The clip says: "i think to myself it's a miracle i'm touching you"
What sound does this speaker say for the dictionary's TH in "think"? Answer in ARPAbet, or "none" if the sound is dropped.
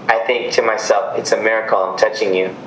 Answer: TH